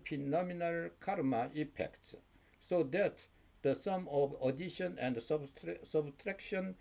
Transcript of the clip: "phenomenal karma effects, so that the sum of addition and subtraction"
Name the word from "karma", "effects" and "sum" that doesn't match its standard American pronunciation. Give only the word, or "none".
effects